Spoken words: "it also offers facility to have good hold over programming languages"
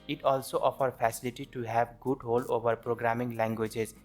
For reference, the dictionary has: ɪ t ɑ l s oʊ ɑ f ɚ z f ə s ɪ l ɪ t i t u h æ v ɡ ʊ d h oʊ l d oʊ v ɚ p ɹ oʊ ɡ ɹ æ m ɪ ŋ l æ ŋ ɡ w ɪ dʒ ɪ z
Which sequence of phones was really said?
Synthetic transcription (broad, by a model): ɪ t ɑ l s oʊ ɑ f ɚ f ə s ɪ l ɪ t i t u h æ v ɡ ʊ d h oʊ l d oʊ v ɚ p ɹ oʊ ɡ ɹ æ m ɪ ŋ l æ ŋ ɡ w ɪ dʒ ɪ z